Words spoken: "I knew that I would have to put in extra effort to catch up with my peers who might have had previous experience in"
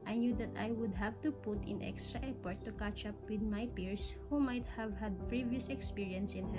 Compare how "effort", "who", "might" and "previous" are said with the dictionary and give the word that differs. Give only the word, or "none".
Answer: effort